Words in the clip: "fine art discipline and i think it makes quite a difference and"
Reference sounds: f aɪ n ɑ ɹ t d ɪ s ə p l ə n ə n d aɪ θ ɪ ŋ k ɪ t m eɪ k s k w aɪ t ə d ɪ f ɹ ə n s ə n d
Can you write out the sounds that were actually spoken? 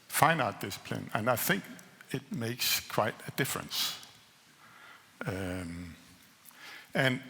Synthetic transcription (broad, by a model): f aɪ n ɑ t d ɪ s ə p l ə n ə n aɪ θ ɪ ŋ k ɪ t m eɪ k s k w aɪ t ə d ɪ f ɹ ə n s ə n